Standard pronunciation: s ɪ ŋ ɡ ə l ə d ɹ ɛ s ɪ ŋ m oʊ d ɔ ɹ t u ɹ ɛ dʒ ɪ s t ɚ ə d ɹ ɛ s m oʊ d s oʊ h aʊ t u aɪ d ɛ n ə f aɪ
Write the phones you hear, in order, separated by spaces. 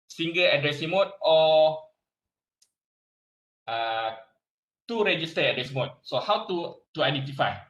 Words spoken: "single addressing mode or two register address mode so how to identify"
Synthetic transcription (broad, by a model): s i ŋ ɡ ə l ə d ɹ ɛ s ɪ ŋ m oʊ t ɔ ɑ t u ɹ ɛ dʒ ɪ s t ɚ ə d ɹ ɛ s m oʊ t s oʊ h aʊ t u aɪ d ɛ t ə f aɪ